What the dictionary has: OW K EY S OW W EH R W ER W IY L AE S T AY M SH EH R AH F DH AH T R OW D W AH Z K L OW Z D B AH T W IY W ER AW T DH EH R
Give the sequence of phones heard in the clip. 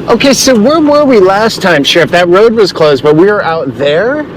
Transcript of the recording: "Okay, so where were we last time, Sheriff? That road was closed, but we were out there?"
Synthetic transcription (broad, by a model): OW K EY S OW W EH R W ER W IY L AE S T AY M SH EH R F DH AH T R OW D W AH Z K L OW Z D B AH T W IY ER AW T DH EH R